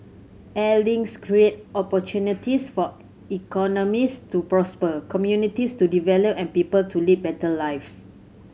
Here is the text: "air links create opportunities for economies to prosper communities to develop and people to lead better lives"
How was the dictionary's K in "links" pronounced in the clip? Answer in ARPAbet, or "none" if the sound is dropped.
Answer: none